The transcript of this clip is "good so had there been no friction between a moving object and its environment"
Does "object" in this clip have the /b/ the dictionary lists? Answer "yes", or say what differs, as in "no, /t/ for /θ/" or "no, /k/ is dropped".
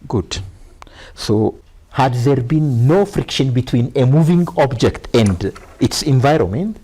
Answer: yes